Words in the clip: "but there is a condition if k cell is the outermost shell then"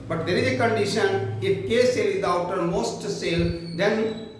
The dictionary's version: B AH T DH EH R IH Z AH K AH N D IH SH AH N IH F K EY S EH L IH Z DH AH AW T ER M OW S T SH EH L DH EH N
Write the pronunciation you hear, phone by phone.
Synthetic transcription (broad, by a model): B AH T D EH R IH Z AH K AH N D IH SH AH N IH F K EY S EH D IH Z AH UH T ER M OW S T S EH L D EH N